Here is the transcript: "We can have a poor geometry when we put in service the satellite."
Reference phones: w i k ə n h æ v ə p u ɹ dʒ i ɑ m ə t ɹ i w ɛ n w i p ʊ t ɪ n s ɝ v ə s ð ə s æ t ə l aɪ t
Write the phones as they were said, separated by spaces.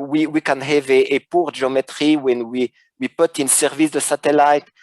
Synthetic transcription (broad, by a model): w i k ə n h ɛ v ə p u ɹ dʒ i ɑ m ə t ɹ i w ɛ n w i p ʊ t ɪ n s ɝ v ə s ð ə s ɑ t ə l aɪ t